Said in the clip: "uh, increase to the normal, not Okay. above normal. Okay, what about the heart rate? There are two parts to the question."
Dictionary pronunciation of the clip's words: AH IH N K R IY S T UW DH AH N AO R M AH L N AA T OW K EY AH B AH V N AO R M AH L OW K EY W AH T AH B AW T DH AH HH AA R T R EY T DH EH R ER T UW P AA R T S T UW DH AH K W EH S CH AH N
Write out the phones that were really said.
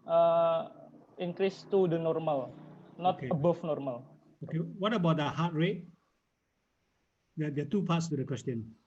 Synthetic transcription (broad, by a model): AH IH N K R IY S T UW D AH N AO R M AH L N AA T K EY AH B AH F N AO R M AH L OW K EY W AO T AH B AW T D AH HH AA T R EY T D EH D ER T UW P AA T S T UW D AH K W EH S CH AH N